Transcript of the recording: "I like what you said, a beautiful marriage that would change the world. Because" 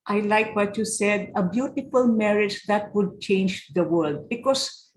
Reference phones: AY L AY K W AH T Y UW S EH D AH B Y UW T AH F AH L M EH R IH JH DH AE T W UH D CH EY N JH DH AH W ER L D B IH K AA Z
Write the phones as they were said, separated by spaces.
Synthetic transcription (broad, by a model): AY L AY K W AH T Y UW S EH D AH B Y UW T AH F AH L M EH R IH JH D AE T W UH D CH EY N JH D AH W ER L D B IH K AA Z